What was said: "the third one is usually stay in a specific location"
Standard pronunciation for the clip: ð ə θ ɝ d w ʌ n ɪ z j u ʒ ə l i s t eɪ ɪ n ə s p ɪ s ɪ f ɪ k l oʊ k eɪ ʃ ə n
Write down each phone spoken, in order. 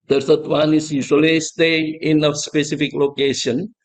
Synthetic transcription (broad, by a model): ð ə s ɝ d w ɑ n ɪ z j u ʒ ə l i s t eɪ ɪ n ə s p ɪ s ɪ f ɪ k l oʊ k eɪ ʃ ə n